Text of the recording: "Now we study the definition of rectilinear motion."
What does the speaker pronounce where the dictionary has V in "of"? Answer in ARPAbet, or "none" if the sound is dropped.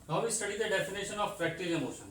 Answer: P